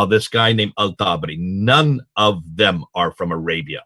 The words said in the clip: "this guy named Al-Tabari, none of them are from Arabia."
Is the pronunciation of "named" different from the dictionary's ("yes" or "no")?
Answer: yes